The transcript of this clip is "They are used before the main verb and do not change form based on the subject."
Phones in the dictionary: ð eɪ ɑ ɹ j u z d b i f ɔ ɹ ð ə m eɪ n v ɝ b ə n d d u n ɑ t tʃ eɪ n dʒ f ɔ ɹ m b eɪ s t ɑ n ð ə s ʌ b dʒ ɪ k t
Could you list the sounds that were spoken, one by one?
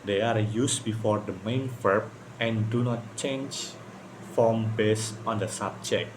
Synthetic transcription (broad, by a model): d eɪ ɑ ɹ j u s b i f ɔ ɹ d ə m eɪ n f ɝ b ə n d d u n ɑ t tʃ eɪ n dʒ f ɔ m b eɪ s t ɑ n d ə s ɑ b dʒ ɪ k